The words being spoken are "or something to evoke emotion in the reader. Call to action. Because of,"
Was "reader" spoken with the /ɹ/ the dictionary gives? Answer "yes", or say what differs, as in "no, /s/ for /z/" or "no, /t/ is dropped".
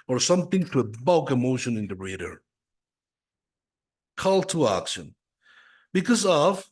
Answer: yes